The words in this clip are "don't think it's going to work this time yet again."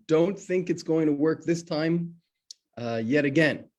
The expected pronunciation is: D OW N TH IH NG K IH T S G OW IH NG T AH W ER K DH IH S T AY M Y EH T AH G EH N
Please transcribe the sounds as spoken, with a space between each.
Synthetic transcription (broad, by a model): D OW N TH IH NG K IH T S G OW IH NG T AH W ER K DH IH S T AY M Y EH T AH G EH N